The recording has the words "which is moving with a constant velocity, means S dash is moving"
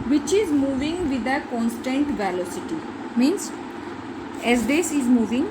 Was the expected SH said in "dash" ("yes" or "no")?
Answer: no